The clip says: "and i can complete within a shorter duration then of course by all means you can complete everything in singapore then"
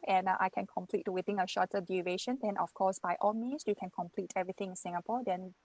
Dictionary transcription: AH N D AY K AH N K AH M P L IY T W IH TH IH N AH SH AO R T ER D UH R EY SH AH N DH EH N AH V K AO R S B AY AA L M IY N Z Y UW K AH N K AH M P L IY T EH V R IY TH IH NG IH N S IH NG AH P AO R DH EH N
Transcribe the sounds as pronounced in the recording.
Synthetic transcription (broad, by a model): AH N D AY K AH N K AH M P L IY T W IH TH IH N AH SH AO T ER D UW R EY SH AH N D EH N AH F K AO S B AY AA L M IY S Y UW K AH N K AH M P L IY T EH V R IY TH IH NG IH N S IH NG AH P AO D EH N